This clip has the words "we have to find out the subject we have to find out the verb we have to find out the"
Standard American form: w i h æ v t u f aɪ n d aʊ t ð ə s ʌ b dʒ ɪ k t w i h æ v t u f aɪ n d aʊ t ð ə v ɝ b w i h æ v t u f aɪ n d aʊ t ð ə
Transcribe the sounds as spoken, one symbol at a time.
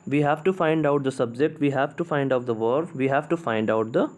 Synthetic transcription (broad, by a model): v i h æ v t u f aɪ n d aʊ t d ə s ʌ b dʒ ɪ k t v i h æ v t u f aɪ n d aʊ t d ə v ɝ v i h æ v t u f aɪ n d aʊ t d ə